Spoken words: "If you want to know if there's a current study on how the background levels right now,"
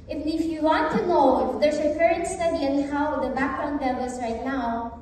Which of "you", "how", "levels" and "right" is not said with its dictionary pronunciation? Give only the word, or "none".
levels